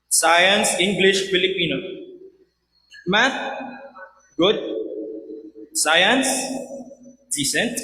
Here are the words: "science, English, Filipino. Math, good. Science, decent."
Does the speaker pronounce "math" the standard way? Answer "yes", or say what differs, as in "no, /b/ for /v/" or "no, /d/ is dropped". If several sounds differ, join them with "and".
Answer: no, /t/ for /θ/